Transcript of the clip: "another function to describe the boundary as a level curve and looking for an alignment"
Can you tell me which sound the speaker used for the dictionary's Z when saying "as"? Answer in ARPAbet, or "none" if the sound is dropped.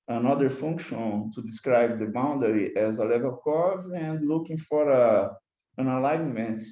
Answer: Z